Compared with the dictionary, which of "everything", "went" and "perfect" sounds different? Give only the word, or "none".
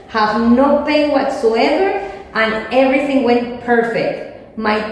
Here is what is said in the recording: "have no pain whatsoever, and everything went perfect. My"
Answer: none